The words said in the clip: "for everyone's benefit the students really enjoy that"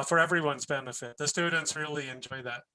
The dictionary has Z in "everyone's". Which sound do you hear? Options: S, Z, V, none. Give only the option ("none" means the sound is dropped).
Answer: Z